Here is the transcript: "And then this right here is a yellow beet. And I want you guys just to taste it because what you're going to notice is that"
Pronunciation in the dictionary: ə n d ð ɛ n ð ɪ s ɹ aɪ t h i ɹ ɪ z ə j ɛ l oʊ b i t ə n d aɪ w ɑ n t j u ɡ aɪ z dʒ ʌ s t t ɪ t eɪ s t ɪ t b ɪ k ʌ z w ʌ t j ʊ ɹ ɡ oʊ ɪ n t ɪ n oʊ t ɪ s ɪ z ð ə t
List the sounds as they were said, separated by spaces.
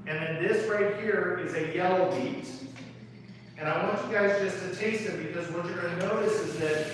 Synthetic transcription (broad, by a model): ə n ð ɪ n ð ɪ s ɹ aɪ t h i ɹ ɪ z ə j ɛ l oʊ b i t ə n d aɪ w ɑ n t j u ɡ aɪ z dʒ ʌ s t t ɪ t eɪ s t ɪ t b ɪ k ʌ z w ʌ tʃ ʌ ɹ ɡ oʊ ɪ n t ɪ n oʊ t ɪ s ɪ z ð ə t